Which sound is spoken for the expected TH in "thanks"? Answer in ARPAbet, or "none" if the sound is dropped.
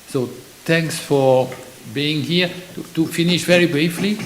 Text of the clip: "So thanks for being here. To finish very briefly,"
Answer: T